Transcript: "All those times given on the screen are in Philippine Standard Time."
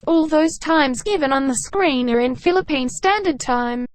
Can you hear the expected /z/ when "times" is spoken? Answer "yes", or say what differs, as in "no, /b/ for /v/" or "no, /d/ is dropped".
yes